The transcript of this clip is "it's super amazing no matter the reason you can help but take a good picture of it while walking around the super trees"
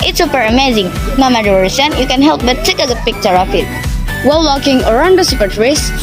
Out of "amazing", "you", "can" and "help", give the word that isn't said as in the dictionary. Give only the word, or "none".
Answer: none